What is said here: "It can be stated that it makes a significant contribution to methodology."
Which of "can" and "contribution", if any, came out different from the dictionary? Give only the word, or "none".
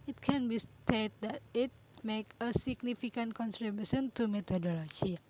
contribution